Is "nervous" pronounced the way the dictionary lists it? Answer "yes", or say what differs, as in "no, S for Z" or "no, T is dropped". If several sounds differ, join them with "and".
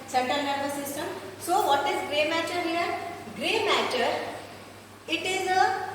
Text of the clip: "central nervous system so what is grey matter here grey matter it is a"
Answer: no, B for V